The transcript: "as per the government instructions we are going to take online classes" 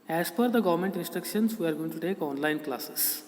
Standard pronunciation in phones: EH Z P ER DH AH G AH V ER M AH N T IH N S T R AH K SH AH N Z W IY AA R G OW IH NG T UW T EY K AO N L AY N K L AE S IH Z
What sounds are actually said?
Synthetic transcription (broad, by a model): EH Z F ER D AH G AH V ER M AH N T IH N S T R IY K SH AH N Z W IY AA R G OW IH NG T UW T EY K AO N L AY N K L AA S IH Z